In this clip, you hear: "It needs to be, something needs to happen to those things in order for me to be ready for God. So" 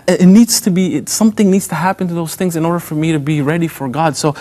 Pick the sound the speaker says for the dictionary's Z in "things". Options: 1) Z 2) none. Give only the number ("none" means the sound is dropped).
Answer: 1